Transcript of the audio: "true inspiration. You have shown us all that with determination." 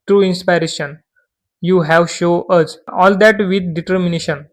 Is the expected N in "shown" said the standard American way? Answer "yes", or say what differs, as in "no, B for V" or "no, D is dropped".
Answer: no, N is dropped